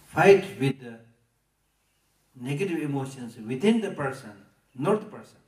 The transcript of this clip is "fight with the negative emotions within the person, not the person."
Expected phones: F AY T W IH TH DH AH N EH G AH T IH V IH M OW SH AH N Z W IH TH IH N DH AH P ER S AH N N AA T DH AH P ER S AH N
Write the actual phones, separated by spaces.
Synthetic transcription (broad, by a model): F AY T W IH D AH N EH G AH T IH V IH M OW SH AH N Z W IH T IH N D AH P ER S AH N N AA T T P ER S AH N